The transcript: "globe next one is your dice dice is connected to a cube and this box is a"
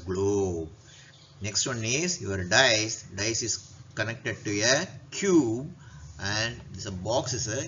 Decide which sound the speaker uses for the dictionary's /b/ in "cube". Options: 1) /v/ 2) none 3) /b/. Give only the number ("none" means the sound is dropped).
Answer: 3